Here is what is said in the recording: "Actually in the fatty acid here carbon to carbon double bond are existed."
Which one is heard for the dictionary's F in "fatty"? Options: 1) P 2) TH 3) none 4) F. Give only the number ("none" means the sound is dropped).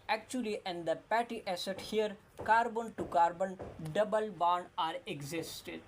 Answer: 1